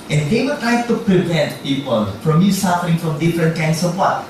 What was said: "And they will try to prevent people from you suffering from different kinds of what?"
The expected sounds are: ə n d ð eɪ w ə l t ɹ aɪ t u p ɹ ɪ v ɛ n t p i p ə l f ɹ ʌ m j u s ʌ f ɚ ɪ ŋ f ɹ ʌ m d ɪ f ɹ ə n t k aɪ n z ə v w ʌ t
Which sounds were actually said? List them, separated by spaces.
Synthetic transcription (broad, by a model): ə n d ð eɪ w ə t ɹ aɪ t u p ɹ ɪ v ɛ n t p i p ə l f ɹ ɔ m j u s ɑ f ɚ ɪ ŋ f ɹ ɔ m d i f ɹ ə n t k aɪ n s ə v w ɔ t